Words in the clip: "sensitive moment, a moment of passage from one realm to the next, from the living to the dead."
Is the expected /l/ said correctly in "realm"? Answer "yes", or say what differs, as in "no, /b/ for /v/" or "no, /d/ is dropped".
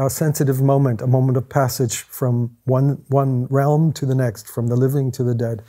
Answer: yes